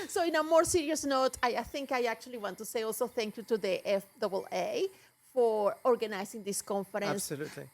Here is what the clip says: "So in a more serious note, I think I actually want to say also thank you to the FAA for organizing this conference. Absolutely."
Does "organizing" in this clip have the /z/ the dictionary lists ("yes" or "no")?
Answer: no